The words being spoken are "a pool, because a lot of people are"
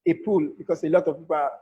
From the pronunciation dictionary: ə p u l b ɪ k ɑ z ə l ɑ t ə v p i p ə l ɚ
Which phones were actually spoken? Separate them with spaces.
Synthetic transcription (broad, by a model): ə p u l b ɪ k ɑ s ə l ɑ t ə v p i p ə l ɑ